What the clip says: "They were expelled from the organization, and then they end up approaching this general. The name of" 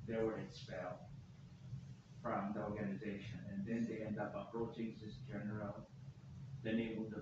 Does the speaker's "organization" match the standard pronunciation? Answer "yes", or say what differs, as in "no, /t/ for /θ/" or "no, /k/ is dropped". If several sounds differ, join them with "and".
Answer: yes